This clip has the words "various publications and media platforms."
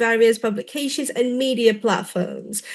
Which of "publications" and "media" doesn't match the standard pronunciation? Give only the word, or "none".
none